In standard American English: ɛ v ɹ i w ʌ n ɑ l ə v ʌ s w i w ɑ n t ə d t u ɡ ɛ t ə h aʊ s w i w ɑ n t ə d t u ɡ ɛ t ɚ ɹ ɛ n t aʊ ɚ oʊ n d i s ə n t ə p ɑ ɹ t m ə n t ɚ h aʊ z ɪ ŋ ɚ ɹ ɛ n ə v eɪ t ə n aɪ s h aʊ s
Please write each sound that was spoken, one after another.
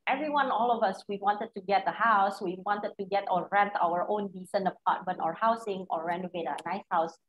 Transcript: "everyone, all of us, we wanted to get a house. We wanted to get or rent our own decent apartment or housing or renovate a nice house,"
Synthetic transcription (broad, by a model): ɛ v ɹ i w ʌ n ɑ l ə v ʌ s w i w ɑ n t ə d t u ɡ ɛ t ə h aʊ s w i w ɑ n t ə d t u ɡ ɛ t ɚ ɹ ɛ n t aʊ ɚ oʊ n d i s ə n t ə p ɑ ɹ t m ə n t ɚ h aʊ s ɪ ŋ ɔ ɹ ɛ n ə v eɪ t ə n aɪ s h aʊ s